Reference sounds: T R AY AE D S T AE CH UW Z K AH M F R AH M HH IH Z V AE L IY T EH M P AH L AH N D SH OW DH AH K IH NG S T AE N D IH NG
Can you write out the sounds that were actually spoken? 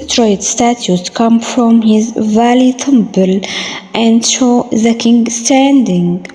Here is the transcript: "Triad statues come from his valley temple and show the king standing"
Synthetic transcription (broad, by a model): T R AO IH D S T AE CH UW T K AH M F R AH M HH IH Z V AE L IY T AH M B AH L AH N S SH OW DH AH K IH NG S T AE N D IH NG